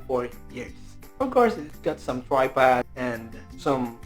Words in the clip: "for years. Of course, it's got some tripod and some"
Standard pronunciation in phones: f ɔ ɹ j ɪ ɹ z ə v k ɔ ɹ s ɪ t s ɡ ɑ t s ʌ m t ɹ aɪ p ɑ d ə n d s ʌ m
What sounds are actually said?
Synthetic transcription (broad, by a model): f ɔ ɹ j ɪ ɹ s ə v k ɔ ɹ s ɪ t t ɡ ɑ t s ʌ m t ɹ aɪ p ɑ ə n d s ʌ m